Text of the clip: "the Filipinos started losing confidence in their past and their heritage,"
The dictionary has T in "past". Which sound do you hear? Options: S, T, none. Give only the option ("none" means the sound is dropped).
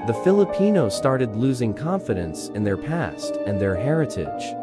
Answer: T